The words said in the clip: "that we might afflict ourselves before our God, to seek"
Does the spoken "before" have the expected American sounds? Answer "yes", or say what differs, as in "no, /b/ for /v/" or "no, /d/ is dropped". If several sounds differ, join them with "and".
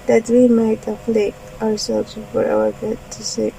no, /w/ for /ɹ/